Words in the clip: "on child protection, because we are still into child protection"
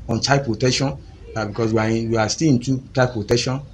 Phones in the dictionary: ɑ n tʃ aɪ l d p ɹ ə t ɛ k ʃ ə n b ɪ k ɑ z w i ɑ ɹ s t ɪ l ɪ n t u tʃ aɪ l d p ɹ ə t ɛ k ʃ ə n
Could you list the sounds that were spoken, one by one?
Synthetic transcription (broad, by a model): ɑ n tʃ aɪ p ɹ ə t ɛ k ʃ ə n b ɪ k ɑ s w i ɑ w s t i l ɪ n t u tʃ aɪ p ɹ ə t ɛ k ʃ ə n